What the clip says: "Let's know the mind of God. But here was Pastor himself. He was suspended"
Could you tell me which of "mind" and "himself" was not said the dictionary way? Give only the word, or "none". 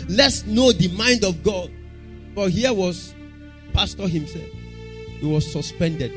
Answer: none